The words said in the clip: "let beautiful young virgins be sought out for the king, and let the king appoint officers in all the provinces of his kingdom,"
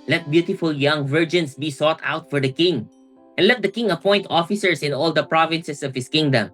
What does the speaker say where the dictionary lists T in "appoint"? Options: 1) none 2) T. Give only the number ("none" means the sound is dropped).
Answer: 2